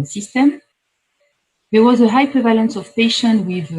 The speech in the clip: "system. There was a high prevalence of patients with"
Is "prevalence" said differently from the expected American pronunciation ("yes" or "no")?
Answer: no